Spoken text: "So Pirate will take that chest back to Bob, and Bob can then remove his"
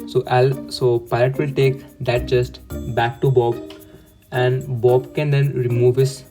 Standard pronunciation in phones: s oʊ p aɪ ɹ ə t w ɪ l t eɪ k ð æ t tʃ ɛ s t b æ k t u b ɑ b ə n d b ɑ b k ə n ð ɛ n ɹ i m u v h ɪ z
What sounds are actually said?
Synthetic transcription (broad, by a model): s oʊ p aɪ l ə t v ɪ l t eɪ k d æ t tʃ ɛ s t b æ k t u b ɑ b ə n d b ɑ b k ə n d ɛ n ɹ i m u v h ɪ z